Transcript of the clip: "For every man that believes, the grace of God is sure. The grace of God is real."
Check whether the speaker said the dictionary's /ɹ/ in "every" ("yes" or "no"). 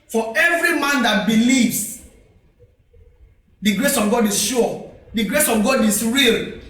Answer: yes